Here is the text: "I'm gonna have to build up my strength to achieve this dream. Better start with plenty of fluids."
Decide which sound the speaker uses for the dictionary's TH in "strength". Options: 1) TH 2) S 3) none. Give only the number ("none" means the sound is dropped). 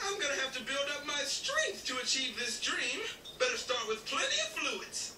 1